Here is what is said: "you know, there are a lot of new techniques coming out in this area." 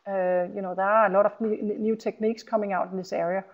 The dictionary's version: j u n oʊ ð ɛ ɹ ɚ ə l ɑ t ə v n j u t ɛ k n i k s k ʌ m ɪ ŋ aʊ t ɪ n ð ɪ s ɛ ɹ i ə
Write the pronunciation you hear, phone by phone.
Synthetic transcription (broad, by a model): j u n oʊ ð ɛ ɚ ə l ɑ t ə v n j u s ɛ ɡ n i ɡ s k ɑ m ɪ ŋ aʊ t ɪ n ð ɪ s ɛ ɹ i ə